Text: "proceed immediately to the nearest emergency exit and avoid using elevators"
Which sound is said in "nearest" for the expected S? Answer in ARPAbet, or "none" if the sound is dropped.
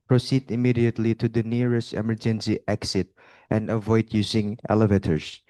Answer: S